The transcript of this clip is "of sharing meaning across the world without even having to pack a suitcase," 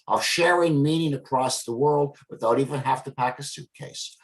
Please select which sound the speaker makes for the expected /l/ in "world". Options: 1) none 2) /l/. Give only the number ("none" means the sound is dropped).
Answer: 2